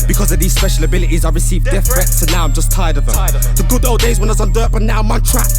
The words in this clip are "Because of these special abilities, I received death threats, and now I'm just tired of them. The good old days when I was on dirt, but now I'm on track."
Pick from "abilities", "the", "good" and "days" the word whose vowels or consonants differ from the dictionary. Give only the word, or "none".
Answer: none